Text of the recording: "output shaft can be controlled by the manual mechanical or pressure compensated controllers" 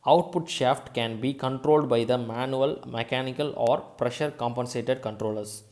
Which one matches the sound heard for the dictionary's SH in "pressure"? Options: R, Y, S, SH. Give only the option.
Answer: SH